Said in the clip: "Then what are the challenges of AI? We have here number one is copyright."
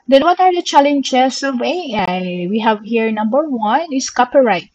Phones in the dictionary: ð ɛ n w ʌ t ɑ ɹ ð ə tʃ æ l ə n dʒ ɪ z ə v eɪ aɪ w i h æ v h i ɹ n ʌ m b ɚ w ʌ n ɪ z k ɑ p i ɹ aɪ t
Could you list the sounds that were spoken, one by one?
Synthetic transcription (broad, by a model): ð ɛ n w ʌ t ɑ ɹ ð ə tʃ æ l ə n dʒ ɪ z ə v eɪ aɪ w i h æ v h i ɹ n ʌ m b ɚ w ʌ n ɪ s k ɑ p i ɹ aɪ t